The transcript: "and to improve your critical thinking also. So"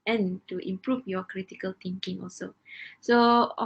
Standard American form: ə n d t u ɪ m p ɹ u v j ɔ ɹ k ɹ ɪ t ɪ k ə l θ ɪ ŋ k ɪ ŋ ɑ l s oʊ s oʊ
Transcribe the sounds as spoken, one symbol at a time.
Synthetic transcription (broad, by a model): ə n t u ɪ m p ɹ u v j ɔ k ɹ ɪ t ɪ k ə l t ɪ ŋ k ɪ ŋ ɑ l s oʊ s oʊ